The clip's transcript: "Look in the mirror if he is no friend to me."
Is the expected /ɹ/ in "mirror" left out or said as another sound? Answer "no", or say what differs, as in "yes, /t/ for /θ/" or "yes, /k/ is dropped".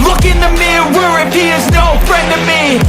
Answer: yes, /w/ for /ɹ/